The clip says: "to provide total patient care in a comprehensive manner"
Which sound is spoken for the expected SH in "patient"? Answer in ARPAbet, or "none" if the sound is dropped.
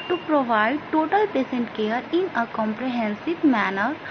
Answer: S